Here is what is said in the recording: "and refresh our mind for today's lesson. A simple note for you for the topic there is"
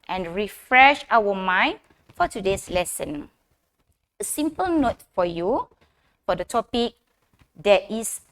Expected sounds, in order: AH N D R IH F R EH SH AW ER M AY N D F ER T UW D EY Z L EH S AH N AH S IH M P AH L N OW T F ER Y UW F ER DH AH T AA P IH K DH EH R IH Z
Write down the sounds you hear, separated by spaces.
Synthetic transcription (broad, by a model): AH N R IH F R EH SH AW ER M AY N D F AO T UW D EY S L EH S AH N AH S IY M P AH L N OW T F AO Y UW F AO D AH T AA P IH K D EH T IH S